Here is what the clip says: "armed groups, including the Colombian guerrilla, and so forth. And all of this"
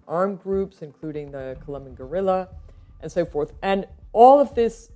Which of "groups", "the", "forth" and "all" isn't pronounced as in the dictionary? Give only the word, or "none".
none